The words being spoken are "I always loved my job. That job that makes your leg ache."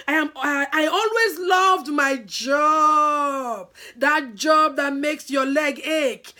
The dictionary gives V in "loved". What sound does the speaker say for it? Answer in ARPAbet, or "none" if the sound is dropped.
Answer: V